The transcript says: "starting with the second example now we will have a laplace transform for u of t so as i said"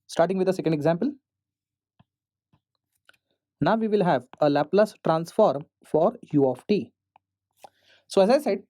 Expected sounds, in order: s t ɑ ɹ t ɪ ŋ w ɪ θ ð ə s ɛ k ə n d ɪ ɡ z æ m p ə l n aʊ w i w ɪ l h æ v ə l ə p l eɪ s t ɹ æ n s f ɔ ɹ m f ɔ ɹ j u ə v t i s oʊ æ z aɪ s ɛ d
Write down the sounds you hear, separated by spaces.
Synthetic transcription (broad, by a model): s t ɑ ɹ t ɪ ŋ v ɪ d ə s ɛ k ə n d ɪ ɡ z æ m p ə l n aʊ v i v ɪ l h æ v ə l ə p l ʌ s t ɹ æ n s f ɔ ɹ m f ɔ ɹ j u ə f t i s oʊ æ z aɪ s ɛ d